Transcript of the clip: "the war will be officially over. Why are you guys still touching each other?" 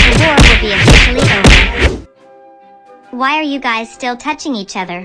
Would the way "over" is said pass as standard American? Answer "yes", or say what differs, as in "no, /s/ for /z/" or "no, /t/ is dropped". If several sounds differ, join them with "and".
no, /v/ is dropped